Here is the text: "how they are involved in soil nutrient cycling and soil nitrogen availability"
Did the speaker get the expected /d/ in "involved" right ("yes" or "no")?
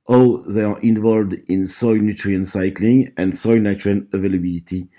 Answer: yes